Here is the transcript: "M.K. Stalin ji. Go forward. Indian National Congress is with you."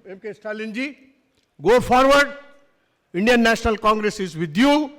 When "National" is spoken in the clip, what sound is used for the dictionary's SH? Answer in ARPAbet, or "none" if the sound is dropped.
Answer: S